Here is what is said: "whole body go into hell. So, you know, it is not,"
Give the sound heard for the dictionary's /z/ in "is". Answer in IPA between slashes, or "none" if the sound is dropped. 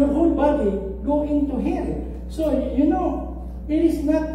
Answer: /s/